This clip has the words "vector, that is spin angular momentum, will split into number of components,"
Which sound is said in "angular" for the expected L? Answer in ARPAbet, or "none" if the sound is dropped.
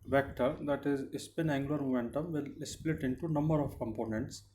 none